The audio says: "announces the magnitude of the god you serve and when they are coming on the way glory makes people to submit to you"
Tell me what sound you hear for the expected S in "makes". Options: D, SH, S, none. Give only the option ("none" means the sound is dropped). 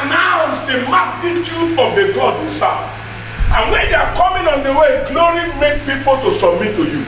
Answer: none